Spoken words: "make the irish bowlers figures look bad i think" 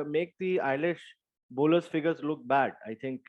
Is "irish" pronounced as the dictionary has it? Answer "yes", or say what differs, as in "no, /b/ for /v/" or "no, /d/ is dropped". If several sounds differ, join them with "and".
no, /l/ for /ɹ/